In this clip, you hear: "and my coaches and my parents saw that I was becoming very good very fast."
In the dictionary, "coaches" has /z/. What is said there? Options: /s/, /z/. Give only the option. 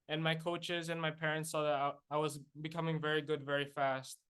/z/